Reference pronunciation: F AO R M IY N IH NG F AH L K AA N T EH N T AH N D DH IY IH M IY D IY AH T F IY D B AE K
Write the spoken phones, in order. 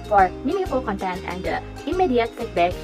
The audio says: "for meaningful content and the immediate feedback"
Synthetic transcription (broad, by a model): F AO R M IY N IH F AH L K AA N T EH N T AH N D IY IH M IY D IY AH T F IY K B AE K